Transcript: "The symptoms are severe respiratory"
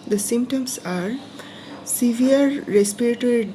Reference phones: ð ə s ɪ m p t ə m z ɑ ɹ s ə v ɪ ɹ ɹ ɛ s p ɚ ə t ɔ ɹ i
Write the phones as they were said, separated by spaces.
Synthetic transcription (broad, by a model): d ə s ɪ m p t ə m s ɑ ɹ s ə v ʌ ɹ ɹ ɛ s p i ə t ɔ ɹ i